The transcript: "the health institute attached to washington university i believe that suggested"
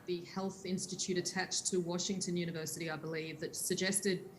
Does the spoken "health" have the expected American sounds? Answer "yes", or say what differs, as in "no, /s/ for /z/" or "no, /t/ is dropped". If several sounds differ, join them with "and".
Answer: yes